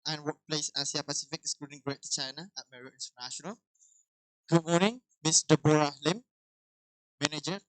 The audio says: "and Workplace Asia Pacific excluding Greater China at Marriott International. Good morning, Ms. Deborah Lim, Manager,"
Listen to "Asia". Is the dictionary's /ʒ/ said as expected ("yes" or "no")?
no